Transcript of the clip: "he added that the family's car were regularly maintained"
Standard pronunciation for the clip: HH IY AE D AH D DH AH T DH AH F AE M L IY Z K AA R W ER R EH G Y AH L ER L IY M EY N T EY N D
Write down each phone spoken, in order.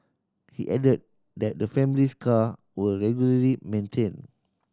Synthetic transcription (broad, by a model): HH IY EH D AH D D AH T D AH F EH M L IY S K AA W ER R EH G Y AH L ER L IY M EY N T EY N